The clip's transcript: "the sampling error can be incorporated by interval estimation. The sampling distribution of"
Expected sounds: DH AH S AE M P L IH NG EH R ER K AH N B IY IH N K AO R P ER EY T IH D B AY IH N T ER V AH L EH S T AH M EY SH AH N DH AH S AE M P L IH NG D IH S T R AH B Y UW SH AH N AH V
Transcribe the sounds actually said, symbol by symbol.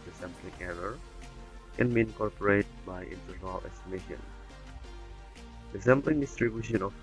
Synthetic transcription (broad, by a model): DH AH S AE M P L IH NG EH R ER K AH N B IY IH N K AO R P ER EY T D B AY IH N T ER AH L EH S T AH M EY SH AH N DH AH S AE M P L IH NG D IH S T R AH B Y UW SH AH N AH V